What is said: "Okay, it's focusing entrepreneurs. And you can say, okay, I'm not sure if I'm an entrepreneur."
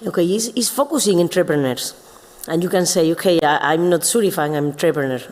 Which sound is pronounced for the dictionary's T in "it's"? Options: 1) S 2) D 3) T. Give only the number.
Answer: 1